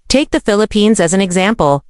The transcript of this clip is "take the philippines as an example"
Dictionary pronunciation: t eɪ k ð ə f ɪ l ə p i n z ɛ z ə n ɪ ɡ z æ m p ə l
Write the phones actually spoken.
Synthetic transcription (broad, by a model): t eɪ k ð ə f ɪ l ə p i n z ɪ z n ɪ ɡ z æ m p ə l